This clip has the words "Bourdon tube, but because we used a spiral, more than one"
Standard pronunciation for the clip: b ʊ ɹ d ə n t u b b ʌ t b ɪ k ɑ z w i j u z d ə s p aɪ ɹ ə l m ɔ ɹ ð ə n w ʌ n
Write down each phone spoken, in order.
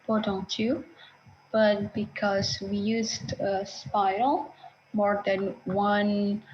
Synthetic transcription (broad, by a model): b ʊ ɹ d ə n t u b b ʌ t b ɪ k ɑ z w i j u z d ə s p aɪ ə l m ɔ ɹ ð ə n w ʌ n